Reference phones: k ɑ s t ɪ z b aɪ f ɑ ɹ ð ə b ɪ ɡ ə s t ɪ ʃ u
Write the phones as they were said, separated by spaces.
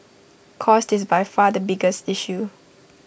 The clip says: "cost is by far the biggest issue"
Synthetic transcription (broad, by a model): k ɑ s t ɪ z b aɪ f ɑ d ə b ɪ ɡ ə s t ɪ ʃ u